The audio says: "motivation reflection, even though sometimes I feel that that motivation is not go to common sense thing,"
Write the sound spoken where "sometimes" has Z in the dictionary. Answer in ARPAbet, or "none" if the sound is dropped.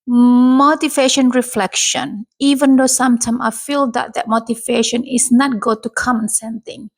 none